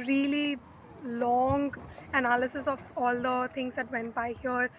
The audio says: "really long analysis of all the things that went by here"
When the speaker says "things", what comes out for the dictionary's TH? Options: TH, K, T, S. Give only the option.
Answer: T